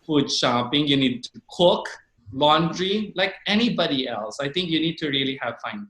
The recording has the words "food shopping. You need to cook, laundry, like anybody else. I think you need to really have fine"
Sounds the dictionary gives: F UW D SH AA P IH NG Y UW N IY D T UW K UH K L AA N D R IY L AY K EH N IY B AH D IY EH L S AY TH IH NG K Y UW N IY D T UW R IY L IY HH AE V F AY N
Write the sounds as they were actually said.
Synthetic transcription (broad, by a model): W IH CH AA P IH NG Y UW N IY D T UW K UH K L AA N D R IY L AY K EH N IY B AH D IY EH L S AY T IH NG K Y UW N IY D T UW R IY L IY HH AE V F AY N